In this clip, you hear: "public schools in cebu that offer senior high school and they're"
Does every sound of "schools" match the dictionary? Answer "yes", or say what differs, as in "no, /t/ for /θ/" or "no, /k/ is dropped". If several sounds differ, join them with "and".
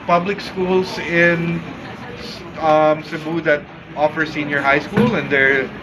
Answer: no, /s/ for /z/